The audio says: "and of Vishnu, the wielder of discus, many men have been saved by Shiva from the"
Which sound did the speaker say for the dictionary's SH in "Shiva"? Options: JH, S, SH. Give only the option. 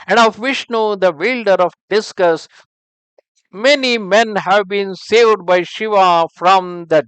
SH